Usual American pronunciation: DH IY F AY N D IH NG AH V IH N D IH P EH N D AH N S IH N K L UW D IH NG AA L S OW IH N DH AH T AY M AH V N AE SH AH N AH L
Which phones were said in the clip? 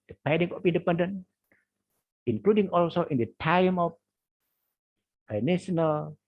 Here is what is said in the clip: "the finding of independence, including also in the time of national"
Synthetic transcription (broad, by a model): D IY P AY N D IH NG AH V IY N D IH P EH N D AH N IH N K L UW D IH NG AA L S OW IH N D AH T AY M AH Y N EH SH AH N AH L